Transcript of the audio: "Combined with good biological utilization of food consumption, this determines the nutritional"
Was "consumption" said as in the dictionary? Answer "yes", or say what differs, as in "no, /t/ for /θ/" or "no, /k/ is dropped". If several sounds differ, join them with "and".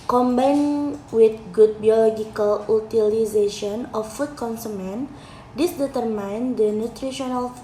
no, /ʃ/ is dropped